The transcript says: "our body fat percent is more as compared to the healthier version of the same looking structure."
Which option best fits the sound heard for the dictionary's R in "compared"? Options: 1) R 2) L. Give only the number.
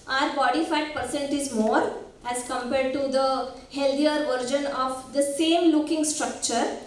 1